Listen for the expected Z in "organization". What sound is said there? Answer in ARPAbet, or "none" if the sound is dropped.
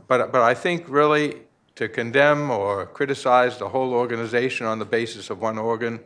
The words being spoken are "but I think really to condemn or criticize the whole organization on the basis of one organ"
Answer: Z